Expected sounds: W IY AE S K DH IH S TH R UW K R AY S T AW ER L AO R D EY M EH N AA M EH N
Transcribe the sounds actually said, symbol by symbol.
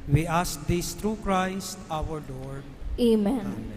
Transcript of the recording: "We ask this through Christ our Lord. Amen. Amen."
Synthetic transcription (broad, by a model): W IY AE S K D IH S T R UW K R AY S T AW ER L AO R D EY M M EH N